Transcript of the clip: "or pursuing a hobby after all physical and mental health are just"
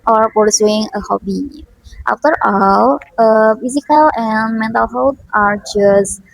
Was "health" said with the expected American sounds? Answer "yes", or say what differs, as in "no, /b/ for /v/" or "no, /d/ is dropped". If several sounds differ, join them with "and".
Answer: no, /t/ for /θ/